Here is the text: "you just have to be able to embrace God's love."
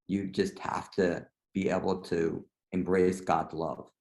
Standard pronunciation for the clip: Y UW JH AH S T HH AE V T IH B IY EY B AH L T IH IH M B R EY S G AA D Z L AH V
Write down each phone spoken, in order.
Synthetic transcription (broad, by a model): Y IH JH AH S T HH AE F T IH B IY EY B L T IH IH M B R EY S G AA D Z L AH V